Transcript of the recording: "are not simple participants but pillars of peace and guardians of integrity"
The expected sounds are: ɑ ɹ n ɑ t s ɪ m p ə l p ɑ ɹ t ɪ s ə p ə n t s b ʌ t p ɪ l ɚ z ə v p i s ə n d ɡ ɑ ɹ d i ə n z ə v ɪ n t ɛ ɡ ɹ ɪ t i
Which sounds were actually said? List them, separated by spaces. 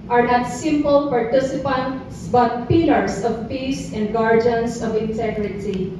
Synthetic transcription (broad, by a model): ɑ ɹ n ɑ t s ɪ m p ə l p ɑ ɹ t ɪ s ə p ə n t s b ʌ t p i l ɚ s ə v p i s ə n d ɡ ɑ ɹ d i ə n s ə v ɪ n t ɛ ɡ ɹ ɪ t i